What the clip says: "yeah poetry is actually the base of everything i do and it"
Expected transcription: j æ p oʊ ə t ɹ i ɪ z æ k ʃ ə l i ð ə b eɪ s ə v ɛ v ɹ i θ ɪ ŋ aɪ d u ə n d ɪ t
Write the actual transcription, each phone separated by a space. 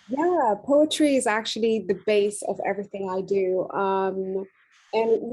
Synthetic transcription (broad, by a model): j æ p oʊ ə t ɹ i ɪ z æ k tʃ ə l i ð ə b eɪ s ə v ɛ v ɹ i θ ɪ ŋ aɪ d u ə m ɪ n